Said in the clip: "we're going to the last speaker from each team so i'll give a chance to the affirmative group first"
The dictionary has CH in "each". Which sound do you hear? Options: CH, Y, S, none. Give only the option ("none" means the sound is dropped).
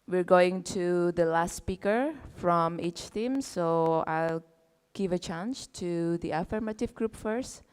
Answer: CH